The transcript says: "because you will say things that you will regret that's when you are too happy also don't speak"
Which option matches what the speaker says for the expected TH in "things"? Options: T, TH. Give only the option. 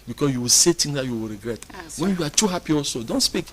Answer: T